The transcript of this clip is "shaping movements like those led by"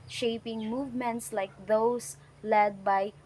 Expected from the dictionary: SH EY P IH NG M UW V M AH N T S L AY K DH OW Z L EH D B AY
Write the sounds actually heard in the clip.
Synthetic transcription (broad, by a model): SH EY P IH NG M UW V M AH N T S L AY K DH OW S L EH D B AY